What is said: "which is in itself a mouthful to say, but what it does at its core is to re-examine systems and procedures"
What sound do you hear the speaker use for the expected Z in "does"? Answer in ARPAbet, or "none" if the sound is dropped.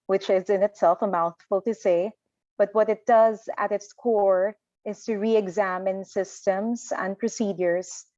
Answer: Z